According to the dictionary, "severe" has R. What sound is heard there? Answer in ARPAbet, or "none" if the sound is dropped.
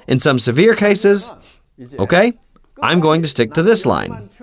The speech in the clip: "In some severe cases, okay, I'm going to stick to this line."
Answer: R